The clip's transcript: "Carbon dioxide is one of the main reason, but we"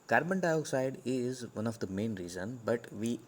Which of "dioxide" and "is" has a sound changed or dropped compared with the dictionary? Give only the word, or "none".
none